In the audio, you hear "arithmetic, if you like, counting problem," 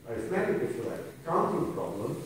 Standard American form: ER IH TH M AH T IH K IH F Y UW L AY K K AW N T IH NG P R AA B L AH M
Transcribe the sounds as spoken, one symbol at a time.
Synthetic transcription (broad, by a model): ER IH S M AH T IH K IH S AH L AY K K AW N S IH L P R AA B L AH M